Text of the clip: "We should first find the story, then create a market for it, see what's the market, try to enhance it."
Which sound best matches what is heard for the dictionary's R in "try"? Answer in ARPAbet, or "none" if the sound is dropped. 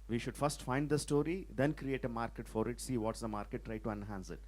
R